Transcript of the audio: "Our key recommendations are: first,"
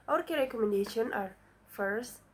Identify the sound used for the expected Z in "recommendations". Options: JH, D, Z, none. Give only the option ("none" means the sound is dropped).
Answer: none